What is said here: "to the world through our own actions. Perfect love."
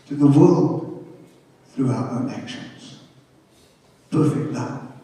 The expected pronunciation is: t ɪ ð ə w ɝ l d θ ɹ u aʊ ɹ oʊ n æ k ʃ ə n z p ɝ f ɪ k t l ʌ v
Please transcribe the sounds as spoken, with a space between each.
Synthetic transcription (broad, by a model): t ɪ ð ə w ɝ l d θ ɹ u aʊ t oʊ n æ k ʃ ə n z p ɝ f ɪ k t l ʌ